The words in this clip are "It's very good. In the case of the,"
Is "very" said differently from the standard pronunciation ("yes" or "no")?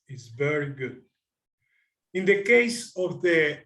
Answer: no